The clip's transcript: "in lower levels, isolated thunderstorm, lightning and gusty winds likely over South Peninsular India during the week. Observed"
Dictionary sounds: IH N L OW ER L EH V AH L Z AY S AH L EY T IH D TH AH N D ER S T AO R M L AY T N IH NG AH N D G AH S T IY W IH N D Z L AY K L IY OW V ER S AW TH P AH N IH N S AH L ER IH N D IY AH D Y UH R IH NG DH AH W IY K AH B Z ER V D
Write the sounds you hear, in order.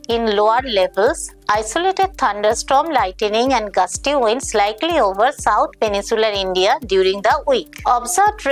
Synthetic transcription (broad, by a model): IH N L OW ER L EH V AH L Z AY S AH L EY T IH D T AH N D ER S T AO M L AY T N IH NG AH N D G AH S T IY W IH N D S L AY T L IY OW V ER S AW T P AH N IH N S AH L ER IH N D IY AH D Y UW R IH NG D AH W IY K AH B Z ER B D